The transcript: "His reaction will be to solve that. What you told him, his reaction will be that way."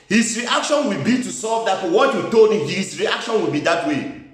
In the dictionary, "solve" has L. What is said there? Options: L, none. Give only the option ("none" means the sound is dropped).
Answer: none